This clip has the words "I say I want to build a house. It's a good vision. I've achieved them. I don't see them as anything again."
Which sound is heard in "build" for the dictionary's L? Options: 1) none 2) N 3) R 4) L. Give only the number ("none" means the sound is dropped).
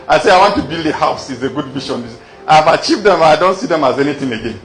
4